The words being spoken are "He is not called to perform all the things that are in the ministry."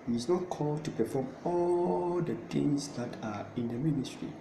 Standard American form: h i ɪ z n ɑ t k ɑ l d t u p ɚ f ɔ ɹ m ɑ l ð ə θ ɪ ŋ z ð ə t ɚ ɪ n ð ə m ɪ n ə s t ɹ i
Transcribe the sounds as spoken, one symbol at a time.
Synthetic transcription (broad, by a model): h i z n ɑ t k ɑ l d t u p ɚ f ɔ m ɑ l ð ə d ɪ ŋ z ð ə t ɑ ɪ n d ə m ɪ n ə s t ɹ i